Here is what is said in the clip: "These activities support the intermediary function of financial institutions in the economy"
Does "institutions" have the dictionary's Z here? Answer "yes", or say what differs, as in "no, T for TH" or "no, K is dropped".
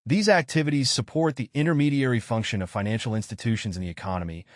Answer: yes